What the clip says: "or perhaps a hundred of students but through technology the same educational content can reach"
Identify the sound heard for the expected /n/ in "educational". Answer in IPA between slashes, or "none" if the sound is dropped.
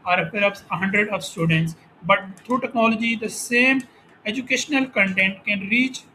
/n/